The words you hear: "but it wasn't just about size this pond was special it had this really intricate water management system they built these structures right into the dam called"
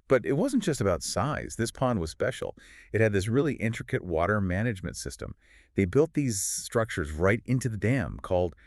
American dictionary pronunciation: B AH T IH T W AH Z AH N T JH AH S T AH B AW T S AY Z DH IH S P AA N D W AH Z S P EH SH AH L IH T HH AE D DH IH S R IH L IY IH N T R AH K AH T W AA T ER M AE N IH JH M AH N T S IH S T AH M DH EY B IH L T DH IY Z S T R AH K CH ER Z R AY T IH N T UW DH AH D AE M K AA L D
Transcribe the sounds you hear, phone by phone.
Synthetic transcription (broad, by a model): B AH T IH T W AH Z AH N JH AH S T AH B AW T S AY Z DH IH S P AA N D W AH Z S P EH SH L IH T HH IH D DH IH S R IH L IY IH N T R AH K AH T W AA T ER M AE N IH JH M AH N T S IH S T AH M DH EY B IH L T DH IY Z S T R AH K CH ER Z R AY T IH N T UW DH AH D AE M K AA L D